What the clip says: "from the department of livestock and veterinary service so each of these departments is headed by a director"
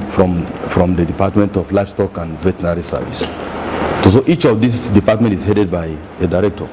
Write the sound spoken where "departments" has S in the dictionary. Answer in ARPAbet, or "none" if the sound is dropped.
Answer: none